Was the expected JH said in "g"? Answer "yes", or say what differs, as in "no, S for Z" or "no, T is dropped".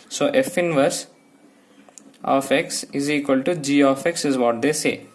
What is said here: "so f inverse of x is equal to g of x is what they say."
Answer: yes